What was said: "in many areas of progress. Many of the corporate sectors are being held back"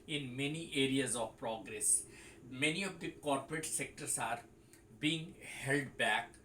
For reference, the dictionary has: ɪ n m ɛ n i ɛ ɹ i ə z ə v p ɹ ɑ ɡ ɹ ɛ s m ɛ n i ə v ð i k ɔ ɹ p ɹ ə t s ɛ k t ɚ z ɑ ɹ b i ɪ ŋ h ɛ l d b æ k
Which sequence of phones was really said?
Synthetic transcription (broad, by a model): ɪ n m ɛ n i ɛ ɹ i ə z ə v p ɹ ɑ ɡ ɹ ɛ s m ɛ n i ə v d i k ɔ ɹ p ɹ ə t s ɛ k t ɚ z ɑ ɹ b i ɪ ŋ h ɛ l d b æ k